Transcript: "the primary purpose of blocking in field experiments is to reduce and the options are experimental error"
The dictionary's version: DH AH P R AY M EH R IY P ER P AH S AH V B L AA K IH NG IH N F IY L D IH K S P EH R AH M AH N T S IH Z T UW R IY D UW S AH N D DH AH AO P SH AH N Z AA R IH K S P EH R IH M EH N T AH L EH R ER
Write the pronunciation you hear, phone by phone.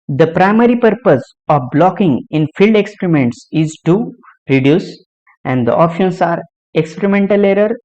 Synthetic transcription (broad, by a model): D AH P R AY M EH R IY P ER P AH S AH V B L AA K IH NG IH N F IY L D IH K S P R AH M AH N T S IH Z T UW R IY D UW S AH N D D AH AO P SH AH N S AA R IH K S P EH R IH M EH N T AH L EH R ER